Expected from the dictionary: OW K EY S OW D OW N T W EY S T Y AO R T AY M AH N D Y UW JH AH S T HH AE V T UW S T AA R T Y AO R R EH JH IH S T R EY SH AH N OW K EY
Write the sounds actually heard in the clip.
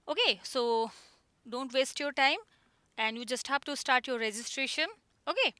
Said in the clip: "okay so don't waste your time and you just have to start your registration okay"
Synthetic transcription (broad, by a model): OW K EY S OW D OW N T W EY S T Y AO R T AY M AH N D Y UW JH AH S T HH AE P T UW S T AA R T Y AO R R EH JH IH S T R EY SH AH N OW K EY